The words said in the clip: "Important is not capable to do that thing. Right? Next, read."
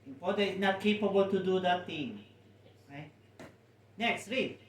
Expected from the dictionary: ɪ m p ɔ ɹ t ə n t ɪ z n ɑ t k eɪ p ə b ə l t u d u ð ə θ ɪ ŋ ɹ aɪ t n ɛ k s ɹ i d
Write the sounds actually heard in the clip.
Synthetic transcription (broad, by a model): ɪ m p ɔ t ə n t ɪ s n ɑ t k eɪ p ə b ə l t u d u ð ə t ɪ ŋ ɹ aɪ t n ɛ k s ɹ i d